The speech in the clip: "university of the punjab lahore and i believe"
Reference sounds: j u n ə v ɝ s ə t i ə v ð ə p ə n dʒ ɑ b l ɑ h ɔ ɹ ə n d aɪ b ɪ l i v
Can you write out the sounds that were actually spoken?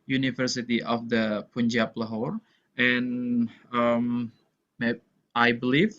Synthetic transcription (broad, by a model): j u n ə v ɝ s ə t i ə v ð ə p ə n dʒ ɑ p l ɑ h ɔ ɹ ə n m aɪ b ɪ l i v